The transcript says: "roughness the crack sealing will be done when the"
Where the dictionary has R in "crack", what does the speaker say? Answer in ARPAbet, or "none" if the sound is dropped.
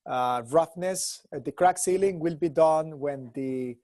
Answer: R